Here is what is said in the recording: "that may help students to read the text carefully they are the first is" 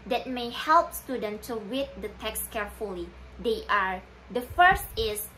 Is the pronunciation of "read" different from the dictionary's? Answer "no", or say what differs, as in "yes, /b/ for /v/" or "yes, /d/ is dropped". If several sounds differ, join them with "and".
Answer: yes, /w/ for /ɹ/